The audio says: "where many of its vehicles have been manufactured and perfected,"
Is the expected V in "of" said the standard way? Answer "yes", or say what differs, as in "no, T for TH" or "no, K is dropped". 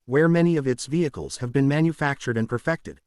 yes